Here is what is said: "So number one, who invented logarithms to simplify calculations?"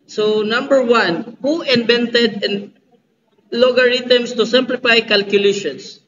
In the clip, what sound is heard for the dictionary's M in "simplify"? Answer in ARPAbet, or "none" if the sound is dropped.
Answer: M